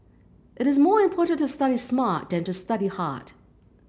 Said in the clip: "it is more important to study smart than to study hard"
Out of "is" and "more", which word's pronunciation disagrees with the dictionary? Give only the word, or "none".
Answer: none